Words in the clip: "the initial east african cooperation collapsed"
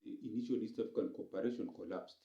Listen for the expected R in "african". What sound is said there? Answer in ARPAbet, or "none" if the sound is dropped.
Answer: none